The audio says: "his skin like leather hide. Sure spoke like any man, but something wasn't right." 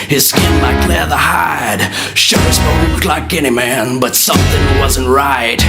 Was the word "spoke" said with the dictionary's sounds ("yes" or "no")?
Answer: no